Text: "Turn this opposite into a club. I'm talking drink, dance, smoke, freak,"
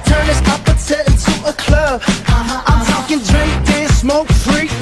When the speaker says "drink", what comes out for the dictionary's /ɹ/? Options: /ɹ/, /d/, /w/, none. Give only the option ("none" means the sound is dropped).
/ɹ/